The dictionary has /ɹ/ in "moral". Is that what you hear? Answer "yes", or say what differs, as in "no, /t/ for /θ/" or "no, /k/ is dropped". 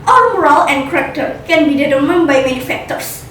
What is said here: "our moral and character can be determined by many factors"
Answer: yes